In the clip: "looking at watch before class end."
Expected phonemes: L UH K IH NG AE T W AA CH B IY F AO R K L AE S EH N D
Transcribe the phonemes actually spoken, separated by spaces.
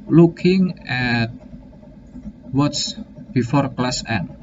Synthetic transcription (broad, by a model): L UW K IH NG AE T W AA S B IY F AO R K L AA S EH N